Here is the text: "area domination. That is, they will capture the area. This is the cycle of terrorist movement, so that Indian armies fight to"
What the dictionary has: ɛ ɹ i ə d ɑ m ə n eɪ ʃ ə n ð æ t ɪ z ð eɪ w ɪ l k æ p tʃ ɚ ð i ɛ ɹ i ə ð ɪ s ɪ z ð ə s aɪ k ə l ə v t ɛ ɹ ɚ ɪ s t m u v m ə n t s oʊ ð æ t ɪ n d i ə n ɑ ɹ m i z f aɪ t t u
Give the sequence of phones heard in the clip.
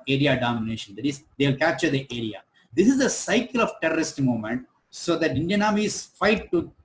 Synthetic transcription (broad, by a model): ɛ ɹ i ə d ɑ m ə n eɪ ʃ ə n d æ t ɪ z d eɪ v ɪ l k æ p tʃ ɚ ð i ɛ ɹ i ə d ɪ s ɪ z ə s aɪ k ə l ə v t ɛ ɹ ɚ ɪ s t m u m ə n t s oʊ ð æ t ɪ n d i ə n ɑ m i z f aɪ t t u